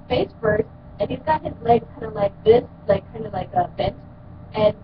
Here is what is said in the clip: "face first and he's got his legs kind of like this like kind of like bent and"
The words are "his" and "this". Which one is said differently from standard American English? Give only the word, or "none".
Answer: none